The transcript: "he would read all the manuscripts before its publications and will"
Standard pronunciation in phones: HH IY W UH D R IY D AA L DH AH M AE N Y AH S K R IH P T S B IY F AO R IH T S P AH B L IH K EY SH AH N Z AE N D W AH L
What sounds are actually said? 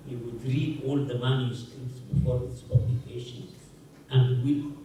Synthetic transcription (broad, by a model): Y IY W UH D R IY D AA L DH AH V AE L Y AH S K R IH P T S B IY F AO R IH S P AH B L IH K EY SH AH N AE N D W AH